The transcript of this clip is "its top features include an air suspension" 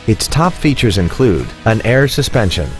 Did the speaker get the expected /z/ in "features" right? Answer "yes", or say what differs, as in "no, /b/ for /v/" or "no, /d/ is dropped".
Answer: yes